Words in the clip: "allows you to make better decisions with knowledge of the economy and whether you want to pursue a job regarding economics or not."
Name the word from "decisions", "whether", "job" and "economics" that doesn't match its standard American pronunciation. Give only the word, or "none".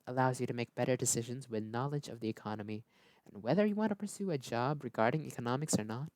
none